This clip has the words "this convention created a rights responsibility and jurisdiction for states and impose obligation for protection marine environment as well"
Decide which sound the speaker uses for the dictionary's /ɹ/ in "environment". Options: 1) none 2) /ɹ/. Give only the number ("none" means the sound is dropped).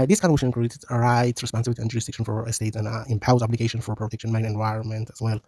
2